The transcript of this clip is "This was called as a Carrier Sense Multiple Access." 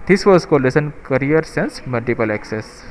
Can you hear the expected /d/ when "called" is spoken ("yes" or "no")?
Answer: no